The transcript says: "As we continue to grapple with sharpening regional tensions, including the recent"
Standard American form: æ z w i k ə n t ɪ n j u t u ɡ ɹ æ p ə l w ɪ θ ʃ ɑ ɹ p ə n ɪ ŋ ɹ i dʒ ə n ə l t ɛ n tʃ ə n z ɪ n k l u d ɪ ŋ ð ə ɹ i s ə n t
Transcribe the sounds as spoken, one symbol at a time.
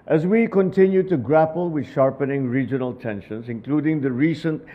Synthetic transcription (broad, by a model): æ z w i k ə n t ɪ n j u t u ɡ ɹ æ p ə l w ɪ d ʃ ɑ ɹ p ə n ɪ ŋ ɹ i dʒ ə n ə l t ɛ n ʃ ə n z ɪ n k l u d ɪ ŋ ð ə ɹ i s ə n t